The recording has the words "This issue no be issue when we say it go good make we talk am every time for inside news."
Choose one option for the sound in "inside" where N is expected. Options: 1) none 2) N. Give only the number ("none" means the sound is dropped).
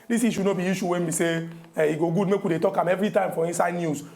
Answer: 1